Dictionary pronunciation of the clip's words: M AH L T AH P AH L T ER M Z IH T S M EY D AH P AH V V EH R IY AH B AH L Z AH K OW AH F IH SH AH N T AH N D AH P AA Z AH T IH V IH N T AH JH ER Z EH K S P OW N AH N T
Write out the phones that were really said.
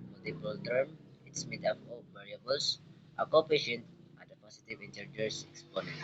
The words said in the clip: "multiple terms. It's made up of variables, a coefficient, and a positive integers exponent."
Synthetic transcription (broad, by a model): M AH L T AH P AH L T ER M IH T S M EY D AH F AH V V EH R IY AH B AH L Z AH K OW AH P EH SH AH N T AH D AH P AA S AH T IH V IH N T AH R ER S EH K S P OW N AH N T